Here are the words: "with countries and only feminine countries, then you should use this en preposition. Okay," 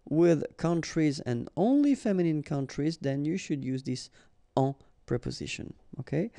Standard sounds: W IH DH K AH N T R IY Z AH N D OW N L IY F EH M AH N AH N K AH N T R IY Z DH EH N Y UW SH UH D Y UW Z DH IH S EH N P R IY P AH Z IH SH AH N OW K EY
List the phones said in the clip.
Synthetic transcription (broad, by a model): W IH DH K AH N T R IY Z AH N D OW N L IY F EH M AH N AH N K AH N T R IY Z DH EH N Y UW SH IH D Y UW Z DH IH S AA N P R IY P AH Z IH SH AH N OW K EY